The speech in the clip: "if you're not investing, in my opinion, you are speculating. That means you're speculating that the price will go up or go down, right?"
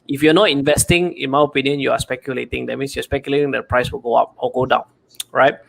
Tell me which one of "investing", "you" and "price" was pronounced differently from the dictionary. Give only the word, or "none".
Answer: none